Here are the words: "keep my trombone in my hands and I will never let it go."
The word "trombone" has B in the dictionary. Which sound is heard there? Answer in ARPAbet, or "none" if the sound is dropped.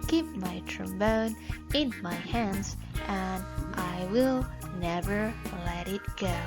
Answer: B